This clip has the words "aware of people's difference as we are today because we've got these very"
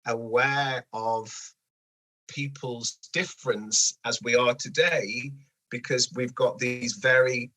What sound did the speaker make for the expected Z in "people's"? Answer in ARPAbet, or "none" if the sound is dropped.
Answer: Z